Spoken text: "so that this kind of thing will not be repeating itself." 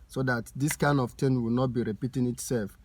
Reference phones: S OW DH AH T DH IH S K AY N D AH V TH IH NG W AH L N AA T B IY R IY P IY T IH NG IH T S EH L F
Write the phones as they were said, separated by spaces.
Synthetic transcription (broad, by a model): S OW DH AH T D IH S K AY N D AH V T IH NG W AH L N AA T B IY R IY P IY T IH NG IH T S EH L F